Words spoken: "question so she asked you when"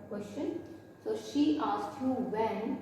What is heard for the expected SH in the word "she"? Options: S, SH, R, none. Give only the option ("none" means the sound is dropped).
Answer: SH